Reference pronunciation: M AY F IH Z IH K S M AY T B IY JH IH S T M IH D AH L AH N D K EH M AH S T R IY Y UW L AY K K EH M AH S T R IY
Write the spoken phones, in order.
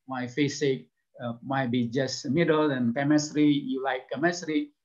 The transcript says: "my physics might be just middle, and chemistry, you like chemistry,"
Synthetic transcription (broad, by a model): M AY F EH S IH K M AY T B IY JH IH S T M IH D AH L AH N K EH M AH S T R IY Y UW L AY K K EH M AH S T R IY